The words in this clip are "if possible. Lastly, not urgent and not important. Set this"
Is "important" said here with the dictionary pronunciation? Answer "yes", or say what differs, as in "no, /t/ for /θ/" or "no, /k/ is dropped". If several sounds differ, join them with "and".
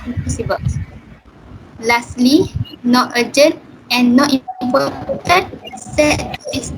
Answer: no, /n/ is dropped